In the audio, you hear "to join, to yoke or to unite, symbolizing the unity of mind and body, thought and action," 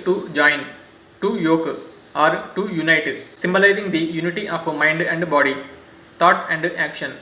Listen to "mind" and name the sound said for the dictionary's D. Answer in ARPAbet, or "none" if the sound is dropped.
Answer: D